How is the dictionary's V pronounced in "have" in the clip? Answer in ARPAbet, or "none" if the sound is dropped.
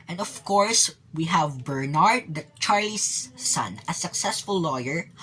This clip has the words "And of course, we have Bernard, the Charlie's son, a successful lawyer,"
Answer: V